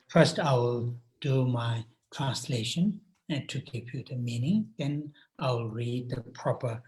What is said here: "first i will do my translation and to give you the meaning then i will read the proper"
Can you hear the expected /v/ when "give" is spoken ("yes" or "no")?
no